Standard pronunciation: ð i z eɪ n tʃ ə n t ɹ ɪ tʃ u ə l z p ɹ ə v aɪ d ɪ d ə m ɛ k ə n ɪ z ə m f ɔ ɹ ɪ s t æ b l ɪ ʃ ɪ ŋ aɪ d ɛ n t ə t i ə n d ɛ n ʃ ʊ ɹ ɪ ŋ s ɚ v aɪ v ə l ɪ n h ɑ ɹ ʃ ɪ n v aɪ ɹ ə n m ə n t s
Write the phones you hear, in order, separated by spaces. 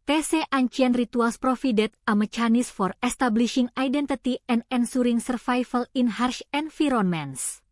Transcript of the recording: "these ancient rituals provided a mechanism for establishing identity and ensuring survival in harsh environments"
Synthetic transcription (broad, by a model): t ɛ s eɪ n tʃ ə n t ɹ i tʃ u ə l s p ɹ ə f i d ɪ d ə m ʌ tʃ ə n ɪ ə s f ɔ ɹ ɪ s t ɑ b l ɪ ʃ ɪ ŋ aɪ d ɛ n t ə t i ə n d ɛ n s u ɹ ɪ ŋ s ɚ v aɪ f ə l ɪ n h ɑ ɹ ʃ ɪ n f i ɹ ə n m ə n s